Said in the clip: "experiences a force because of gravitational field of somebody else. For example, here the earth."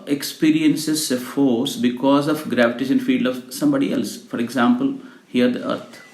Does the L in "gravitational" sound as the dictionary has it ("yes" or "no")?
no